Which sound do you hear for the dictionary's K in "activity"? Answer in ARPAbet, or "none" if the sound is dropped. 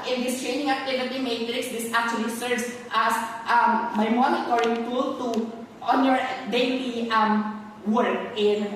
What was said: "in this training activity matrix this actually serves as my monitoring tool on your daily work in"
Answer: none